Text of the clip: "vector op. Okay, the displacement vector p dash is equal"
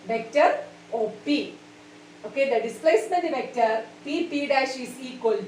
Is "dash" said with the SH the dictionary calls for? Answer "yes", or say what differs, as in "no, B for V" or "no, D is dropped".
yes